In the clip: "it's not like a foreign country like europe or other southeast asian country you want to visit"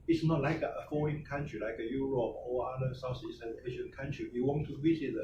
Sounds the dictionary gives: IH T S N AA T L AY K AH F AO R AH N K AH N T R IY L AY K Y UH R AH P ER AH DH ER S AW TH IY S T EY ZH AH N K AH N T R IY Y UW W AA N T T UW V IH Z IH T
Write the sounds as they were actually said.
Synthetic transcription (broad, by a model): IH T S N AA T L AY K AH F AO AH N K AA N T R IY L AY K Y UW R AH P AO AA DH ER S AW S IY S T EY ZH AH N K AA N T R IY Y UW W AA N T T UW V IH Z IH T